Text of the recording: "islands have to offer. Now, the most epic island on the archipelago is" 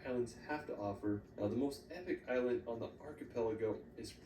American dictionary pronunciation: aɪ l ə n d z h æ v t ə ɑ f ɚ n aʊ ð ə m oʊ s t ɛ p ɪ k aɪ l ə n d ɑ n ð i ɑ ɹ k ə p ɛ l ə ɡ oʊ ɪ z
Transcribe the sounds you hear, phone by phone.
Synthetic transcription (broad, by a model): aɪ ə n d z h æ f t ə ɑ f ɚ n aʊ ð ə m oʊ s t ɛ p ɪ k aɪ l ə n d n ð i ɑ ɹ k ə p ɛ l ə ɡ oʊ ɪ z